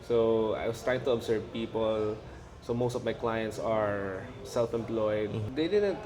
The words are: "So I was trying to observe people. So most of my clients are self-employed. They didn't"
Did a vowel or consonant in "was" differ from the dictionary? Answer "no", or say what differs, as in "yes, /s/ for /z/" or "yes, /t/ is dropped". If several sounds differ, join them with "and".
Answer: yes, /s/ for /z/